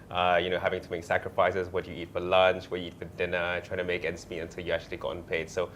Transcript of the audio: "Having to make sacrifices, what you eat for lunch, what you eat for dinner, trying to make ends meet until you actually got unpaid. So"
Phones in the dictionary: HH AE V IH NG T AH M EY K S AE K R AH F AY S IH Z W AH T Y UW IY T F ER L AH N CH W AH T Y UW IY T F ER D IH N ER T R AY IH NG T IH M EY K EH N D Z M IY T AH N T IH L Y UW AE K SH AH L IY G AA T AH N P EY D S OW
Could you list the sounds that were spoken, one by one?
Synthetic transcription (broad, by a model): HH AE V IH NG T AH M EY K S AE K R AH F AY S IH Z W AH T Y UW IY T F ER L AH N CH W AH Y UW IY T F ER D IH N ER T R AY IH NG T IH M EY K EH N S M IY AH N T IH L Y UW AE K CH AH L IY G AA T N P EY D S OW